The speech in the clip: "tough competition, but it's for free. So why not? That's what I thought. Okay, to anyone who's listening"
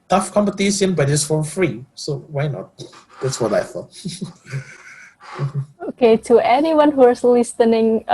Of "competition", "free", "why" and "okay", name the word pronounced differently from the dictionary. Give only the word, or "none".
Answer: competition